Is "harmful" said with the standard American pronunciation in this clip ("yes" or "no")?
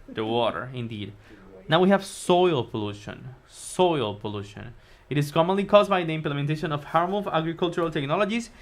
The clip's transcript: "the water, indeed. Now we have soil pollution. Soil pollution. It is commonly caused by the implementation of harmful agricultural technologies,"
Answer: no